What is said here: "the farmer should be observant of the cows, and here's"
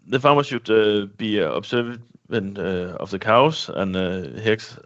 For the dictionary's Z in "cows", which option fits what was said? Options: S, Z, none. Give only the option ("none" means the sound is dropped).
S